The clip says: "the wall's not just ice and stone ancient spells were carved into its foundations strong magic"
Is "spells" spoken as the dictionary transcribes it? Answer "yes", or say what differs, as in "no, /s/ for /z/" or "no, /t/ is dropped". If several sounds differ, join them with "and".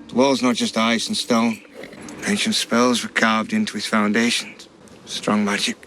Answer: yes